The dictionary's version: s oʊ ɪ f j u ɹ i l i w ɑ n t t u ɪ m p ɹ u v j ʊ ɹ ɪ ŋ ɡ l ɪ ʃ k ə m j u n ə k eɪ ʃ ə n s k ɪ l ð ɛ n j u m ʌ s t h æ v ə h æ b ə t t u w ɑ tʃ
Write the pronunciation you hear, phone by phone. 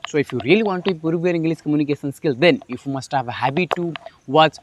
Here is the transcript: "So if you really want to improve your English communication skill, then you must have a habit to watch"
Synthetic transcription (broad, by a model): s oʊ ɪ f j u ɹ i l i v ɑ n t t u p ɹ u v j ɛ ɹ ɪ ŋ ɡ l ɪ s k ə m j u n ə k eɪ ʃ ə n s k ɪ l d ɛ n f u m ʌ s t h æ v ə h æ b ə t t u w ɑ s